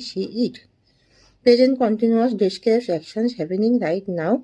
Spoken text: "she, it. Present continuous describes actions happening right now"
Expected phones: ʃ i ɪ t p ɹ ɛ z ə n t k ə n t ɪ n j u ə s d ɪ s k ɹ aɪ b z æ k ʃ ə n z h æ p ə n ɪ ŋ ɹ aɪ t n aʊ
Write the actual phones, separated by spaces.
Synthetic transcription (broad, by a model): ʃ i ɪ t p ɛ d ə n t k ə n t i n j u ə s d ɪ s k ɛ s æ k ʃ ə n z h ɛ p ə n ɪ ŋ ɹ aɪ t n aʊ